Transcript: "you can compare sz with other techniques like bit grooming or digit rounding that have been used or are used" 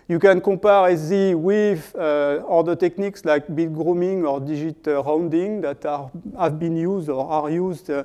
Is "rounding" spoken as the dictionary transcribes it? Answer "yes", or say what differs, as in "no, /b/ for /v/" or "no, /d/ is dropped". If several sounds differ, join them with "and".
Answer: yes